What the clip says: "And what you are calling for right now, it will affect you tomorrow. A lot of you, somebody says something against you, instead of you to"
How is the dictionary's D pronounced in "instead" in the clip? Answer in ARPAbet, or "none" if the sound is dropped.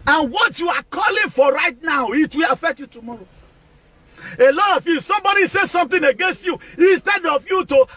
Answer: D